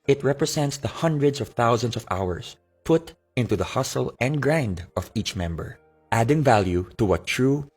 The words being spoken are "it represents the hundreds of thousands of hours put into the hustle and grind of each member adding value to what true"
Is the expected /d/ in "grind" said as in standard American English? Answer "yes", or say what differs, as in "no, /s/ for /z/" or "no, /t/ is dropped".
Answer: yes